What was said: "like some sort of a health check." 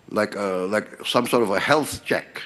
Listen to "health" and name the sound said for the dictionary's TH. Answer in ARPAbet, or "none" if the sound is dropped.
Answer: TH